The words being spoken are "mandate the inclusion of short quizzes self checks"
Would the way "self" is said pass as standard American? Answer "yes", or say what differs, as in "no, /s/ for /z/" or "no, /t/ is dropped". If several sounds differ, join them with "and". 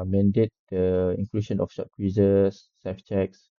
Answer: no, /l/ is dropped